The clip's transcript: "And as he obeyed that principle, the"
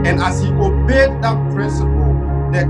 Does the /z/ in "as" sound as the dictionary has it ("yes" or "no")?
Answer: no